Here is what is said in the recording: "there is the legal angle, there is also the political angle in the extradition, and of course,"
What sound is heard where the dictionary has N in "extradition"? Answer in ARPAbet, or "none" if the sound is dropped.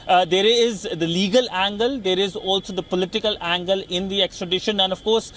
N